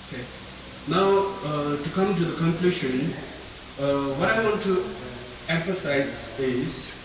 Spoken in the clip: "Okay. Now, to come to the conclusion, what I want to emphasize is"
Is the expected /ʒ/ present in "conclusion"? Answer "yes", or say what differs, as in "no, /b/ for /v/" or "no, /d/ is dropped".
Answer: no, /ʃ/ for /ʒ/